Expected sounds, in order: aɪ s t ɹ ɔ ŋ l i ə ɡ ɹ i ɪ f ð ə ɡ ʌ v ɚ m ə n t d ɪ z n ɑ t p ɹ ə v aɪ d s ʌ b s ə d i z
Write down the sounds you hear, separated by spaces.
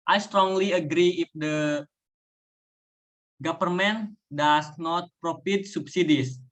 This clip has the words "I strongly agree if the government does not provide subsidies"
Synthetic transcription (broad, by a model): aɪ s t ɹ ɔ ŋ l i ə ɡ ɹ i ɪ f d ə ɡ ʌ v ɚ m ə n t d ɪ s n ɑ t p ɹ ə f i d s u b s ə d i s